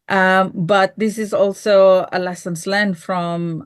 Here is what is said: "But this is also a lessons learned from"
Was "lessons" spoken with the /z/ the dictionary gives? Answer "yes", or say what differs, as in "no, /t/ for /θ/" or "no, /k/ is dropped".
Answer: no, /s/ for /z/